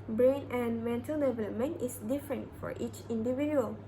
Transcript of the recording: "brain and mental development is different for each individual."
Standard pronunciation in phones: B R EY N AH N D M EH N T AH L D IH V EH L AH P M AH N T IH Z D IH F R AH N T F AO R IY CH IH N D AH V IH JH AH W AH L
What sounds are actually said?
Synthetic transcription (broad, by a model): B R EY N AH N D M EH N T AH L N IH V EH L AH M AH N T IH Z D IH F R AH N T F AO R IY CH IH N D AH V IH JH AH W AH L